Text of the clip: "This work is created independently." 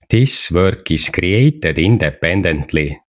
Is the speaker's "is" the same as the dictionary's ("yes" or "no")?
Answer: no